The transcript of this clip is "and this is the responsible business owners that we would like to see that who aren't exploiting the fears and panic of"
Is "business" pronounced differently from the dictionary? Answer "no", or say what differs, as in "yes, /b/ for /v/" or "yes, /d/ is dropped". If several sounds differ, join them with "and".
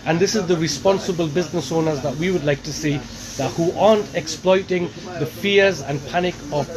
no